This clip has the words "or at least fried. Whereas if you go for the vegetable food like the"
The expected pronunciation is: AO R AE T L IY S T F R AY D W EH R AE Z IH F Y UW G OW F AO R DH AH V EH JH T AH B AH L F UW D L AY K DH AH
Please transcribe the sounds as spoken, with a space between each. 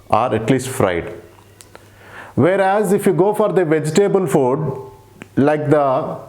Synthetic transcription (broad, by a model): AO R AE T L IY S T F R AY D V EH R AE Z IH F Y UW G OW F AO R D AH V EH JH T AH B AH L F UW D L AY K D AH